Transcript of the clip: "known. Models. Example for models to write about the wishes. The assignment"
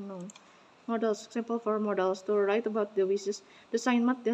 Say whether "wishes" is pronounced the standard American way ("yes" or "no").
no